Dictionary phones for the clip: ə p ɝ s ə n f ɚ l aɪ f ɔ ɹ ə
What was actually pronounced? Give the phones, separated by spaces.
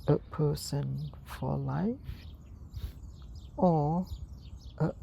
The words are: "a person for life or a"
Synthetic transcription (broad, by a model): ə p ɝ s ə n f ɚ l aɪ f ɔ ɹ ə